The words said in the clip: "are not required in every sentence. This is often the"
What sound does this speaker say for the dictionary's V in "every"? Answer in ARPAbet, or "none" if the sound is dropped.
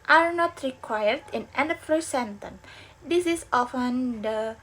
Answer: P